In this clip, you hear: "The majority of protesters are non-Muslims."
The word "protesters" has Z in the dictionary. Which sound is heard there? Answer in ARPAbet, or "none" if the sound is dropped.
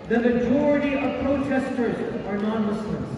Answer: Z